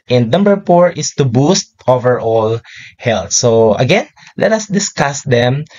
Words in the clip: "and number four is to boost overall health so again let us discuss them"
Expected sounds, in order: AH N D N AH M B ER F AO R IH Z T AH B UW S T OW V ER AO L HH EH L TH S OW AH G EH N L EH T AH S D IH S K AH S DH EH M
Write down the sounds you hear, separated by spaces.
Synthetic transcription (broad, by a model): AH N D N AH M B ER F AO R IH S T AH B UW S T OW V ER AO L HH EH L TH S OW AH G EH N L EH T AH S D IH S K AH S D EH M